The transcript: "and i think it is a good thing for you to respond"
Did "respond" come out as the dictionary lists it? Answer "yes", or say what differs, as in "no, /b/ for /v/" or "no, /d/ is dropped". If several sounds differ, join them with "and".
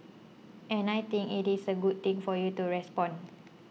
no, /d/ is dropped